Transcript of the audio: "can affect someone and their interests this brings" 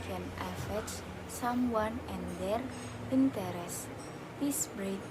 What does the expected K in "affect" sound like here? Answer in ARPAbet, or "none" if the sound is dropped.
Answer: none